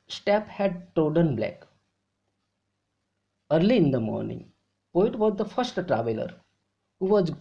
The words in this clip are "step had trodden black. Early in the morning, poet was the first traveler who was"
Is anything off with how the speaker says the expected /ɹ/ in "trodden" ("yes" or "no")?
yes